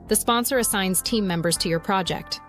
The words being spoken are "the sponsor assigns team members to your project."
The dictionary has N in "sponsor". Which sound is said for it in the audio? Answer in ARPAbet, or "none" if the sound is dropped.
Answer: N